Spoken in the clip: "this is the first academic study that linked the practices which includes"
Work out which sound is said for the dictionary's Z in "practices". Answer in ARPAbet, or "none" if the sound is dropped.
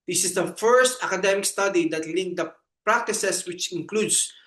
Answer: S